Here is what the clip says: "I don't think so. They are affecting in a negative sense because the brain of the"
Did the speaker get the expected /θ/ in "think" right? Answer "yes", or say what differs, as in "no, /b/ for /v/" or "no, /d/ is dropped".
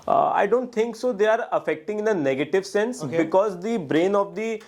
no, /t/ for /θ/